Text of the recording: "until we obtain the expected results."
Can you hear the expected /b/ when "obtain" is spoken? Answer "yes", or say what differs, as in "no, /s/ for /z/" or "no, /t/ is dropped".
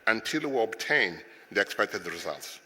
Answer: yes